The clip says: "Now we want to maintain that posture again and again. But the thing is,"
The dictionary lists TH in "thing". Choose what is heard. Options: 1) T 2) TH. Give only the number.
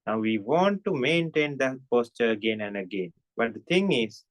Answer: 1